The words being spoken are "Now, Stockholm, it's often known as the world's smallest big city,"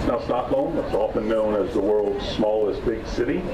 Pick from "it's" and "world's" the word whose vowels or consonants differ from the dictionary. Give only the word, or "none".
none